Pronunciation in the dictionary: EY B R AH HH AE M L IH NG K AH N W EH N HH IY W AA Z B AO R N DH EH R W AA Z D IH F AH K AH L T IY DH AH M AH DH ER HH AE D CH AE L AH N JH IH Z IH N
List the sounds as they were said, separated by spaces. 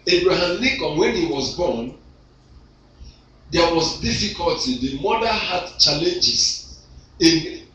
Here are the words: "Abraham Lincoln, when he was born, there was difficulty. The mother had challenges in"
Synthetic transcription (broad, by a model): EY B R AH HH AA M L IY K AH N W EH N HH IY W AA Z B AO N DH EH W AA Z D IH F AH K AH L T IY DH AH M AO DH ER HH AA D CH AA L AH N JH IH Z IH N